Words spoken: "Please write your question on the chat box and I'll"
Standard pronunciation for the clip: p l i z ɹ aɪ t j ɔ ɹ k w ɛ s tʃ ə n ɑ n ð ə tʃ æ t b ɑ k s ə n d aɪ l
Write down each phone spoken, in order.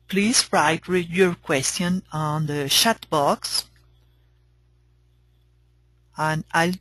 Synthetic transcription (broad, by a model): p l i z ɹ aɪ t j ɔ ɹ k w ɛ s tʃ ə n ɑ n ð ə ʃ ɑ t b ɑ k s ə n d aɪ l